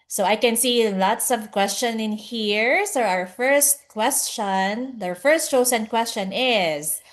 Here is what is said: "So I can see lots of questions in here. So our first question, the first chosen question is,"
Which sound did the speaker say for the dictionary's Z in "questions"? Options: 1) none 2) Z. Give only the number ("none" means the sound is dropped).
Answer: 1